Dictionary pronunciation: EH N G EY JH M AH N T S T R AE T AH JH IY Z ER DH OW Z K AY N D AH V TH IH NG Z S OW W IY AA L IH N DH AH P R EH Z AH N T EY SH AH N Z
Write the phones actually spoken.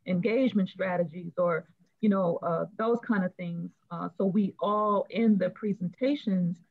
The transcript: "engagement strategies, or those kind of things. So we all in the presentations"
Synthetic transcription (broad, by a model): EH N G EY JH M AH N T S T R AE T AH JH IY Z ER DH OW Z K AY N D AH V TH IH NG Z S OW W IY AA L IH N DH AH P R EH Z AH N T EY SH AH N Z